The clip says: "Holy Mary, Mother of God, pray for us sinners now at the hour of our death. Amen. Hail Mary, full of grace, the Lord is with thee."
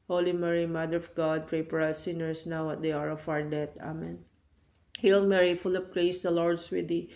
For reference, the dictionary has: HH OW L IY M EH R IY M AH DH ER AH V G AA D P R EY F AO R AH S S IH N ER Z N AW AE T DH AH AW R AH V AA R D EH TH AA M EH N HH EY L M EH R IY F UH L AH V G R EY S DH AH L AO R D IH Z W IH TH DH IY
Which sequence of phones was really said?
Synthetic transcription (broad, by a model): HH OW L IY M EH R IY M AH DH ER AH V G AA D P R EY P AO R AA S S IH N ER S N AW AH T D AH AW R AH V AA R D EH T AA M EH N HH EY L M EH R IY F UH L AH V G R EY S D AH L AO R D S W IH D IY